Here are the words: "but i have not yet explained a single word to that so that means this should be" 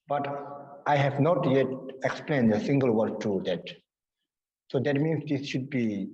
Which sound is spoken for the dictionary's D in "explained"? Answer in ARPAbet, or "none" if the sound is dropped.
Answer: D